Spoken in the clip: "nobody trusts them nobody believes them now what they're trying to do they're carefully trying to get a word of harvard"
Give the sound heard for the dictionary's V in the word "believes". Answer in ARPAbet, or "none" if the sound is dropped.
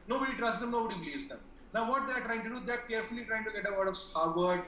none